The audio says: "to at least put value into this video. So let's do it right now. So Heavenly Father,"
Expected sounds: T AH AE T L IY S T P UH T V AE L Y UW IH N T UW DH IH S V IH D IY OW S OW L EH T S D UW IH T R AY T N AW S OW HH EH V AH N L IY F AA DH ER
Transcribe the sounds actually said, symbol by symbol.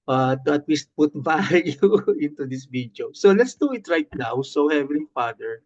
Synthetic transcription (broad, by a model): T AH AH T L IY S T P UH T B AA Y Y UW IH N T UW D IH S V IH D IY OW S OW L EH T S D UW IH T R AY T N AW S OW HH EH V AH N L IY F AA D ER